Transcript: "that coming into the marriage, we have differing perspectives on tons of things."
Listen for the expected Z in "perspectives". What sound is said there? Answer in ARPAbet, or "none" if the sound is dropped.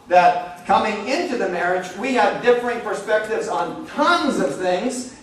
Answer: Z